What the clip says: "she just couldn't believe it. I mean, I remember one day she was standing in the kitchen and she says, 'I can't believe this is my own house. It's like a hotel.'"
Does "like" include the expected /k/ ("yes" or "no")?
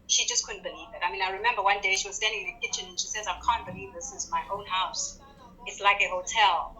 yes